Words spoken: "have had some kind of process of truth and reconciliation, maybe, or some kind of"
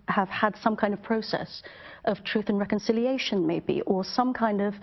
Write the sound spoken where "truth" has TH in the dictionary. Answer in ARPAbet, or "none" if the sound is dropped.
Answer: TH